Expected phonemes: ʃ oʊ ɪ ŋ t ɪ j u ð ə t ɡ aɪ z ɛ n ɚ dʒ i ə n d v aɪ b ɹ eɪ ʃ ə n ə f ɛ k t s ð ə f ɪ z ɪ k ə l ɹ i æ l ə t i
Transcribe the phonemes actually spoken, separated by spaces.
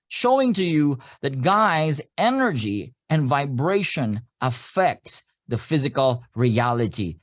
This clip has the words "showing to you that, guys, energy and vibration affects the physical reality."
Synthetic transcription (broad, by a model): ʃ oʊ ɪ ŋ t ɪ j u ð ə t ɡ aɪ z ɛ n ɚ dʒ i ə n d v aɪ b ɹ eɪ ʃ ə n ə f ɛ k t s ð ə f ɪ z ɪ k ə l ɹ i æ l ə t i